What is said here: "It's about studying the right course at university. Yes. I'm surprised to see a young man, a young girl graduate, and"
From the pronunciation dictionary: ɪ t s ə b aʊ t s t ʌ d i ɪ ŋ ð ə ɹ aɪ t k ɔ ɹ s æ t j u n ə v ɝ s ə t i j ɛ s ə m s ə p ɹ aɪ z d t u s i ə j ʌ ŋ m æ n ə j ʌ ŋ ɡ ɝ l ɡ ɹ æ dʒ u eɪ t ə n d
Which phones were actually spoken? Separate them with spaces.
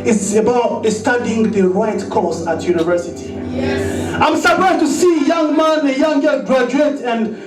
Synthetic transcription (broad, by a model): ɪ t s ə b aʊ t s t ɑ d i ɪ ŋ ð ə ɹ aɪ t k ɔ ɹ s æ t j u n ə v ɝ s ə t i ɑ ə m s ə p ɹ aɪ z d t u s i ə j ʌ ŋ m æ n ə j ʌ ŋ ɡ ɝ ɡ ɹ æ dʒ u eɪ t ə n